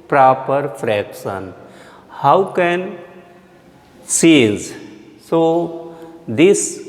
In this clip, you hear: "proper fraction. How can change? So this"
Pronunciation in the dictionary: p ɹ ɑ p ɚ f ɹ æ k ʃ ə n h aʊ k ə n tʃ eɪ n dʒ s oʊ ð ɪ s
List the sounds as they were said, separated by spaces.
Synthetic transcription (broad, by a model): p ɹ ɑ p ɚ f ɹ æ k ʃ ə n h aʊ k ə n s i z s oʊ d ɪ s